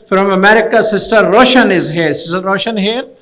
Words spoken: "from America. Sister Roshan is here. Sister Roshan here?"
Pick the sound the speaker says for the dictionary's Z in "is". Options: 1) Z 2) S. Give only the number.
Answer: 1